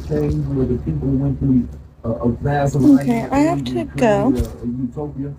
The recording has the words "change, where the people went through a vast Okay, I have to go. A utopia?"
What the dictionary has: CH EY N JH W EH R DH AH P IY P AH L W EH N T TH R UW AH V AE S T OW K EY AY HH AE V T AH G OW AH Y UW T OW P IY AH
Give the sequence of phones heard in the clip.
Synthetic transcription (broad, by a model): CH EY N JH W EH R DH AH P IY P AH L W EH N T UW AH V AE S OW K EY AY HH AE F T AH G OW AH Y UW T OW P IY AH